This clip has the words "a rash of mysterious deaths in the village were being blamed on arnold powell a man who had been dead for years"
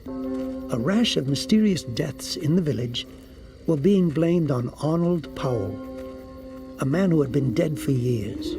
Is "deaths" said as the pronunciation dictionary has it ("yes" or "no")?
yes